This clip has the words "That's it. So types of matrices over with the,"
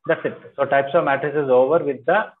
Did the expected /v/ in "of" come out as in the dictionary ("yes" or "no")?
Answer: yes